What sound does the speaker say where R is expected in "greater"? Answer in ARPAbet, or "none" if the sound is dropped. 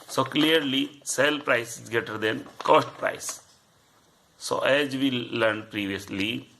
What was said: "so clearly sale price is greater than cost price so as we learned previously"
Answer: none